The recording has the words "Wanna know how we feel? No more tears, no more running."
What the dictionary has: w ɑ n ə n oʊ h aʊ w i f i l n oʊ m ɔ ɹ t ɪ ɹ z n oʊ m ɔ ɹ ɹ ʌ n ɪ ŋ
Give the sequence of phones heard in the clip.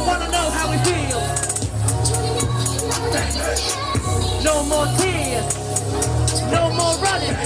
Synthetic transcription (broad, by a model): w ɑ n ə n oʊ h aʊ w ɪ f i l n oʊ m ɔ ɹ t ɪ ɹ n oʊ m ɔ ɹ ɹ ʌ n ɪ